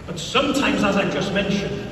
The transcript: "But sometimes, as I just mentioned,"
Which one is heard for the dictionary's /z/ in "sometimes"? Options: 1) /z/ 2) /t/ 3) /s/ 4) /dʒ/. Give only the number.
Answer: 1